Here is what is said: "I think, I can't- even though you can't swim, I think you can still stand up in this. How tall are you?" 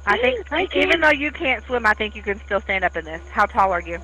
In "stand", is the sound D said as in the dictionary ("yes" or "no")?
yes